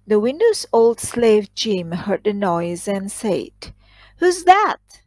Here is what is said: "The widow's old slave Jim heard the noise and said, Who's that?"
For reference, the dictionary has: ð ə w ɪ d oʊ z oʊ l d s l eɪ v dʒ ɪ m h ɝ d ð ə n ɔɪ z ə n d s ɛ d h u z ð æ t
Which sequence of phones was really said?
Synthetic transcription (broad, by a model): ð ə w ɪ d oʊ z oʊ l d s l eɪ v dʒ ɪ m h ɝ d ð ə n ɔɪ z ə n s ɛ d h u z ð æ t